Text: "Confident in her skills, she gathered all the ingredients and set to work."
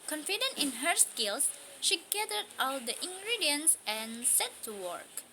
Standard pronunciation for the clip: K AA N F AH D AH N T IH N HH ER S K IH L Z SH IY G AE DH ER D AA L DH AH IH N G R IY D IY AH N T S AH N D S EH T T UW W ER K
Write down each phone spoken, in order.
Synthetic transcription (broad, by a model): K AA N F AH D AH N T IH N HH ER S K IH L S SH IY G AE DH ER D AA L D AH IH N G R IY D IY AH N S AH N S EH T T UW W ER K